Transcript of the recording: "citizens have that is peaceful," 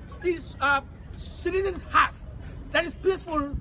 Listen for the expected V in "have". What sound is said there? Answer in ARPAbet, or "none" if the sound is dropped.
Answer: F